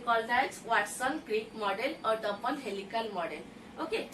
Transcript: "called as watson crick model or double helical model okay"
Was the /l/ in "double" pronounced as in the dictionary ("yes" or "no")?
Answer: no